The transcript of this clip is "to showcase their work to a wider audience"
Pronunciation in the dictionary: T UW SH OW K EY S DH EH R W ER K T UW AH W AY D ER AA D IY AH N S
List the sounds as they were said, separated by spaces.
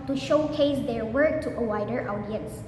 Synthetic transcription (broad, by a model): T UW SH OW K EY S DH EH R W ER K T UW AH W AY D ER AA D IY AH N S